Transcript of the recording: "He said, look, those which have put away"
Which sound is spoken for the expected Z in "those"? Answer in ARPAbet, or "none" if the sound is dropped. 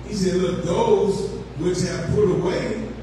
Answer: Z